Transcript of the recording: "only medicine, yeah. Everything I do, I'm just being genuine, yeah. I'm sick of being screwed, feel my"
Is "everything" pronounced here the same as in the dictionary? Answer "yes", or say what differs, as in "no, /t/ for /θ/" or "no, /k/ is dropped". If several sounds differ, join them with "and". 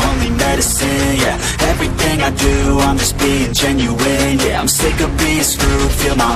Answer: yes